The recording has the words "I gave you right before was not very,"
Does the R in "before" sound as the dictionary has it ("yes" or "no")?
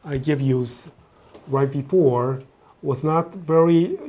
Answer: yes